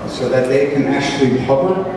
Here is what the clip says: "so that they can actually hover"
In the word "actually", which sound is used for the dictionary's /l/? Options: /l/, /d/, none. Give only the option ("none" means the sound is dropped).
/l/